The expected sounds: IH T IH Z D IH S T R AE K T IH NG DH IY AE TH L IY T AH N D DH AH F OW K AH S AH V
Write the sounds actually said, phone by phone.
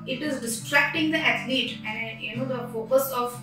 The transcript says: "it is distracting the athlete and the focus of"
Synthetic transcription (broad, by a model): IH T IH Z D IH S T R AE K T IH NG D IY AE T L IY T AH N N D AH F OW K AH S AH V